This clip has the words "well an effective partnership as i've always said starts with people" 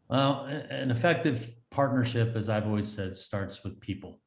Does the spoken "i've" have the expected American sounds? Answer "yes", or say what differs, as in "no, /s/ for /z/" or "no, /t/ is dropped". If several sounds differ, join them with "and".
yes